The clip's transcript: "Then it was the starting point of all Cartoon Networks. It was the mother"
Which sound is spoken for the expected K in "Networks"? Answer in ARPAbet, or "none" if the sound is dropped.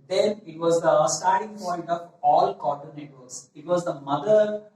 none